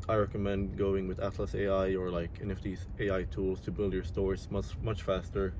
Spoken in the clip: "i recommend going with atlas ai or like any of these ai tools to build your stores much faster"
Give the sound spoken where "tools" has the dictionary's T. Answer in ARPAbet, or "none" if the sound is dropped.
T